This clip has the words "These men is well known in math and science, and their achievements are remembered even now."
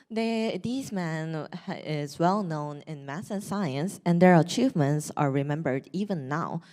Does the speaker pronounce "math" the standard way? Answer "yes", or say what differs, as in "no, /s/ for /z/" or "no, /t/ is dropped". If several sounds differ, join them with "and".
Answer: no, /s/ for /θ/